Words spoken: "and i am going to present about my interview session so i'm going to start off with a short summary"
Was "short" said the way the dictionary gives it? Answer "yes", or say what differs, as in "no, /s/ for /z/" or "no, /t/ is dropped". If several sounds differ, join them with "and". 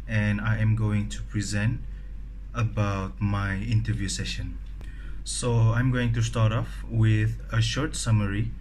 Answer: yes